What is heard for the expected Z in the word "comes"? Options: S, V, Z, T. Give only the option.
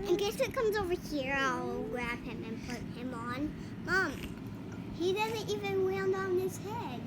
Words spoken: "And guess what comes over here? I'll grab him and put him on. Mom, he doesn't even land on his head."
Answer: Z